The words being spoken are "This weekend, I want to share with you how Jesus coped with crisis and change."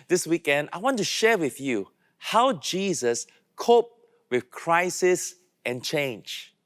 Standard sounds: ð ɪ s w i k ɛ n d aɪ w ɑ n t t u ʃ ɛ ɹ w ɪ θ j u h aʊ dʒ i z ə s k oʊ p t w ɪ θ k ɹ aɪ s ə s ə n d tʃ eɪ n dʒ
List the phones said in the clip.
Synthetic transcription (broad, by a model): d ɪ s w i k ɛ n d aɪ w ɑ n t t u ʃ ɛ w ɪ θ j u h aʊ dʒ i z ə s k oʊ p w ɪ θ k ɹ aɪ s ə s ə n tʃ eɪ n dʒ